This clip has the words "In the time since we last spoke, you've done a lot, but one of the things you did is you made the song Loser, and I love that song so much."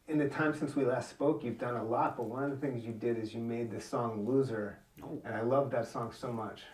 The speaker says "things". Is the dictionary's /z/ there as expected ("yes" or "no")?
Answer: yes